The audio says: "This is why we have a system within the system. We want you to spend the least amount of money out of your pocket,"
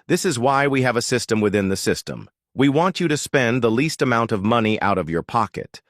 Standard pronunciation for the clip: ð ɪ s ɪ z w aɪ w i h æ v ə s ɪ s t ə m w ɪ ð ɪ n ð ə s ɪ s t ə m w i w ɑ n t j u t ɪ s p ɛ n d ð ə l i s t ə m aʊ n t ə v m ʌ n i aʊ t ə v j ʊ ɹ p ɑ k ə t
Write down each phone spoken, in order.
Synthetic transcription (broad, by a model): ð ɪ s ɪ z w aɪ w i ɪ v ə s ɪ s t ə m w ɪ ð ɪ n ð ə s ɪ s t ə m w i w ɑ n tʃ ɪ t ɪ s p ɛ n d ð ə l i s t ə m aʊ n t ə v m ʌ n i aʊ t ə v j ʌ ɹ p ɑ k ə t